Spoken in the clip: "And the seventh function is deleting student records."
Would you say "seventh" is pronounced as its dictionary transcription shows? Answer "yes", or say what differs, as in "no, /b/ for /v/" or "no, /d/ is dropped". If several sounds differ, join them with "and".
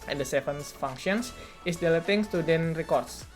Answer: no, /s/ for /θ/